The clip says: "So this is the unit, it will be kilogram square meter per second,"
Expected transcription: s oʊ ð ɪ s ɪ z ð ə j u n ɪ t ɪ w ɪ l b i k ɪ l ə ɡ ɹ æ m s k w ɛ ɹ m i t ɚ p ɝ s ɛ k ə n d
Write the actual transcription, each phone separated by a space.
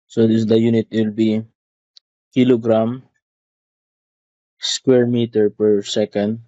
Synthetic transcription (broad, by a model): s oʊ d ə j u n ɪ t w ɪ l b i k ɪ l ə ɡ ɹ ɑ m s k w ɛ ɹ m i t ɚ p ɝ s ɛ k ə n d